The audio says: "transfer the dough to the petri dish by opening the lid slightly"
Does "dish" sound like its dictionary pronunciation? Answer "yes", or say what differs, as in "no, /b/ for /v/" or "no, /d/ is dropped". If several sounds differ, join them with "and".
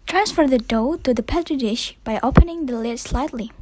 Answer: yes